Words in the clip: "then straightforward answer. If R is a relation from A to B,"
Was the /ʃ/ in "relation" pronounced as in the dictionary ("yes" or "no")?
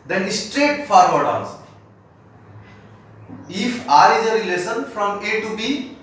no